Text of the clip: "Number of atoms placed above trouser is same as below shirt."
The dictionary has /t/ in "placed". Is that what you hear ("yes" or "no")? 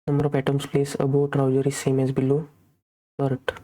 no